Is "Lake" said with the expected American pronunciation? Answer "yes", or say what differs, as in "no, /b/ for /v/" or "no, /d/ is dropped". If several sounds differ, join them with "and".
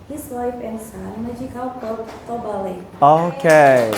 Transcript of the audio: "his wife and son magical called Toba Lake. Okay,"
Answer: no, /k/ is dropped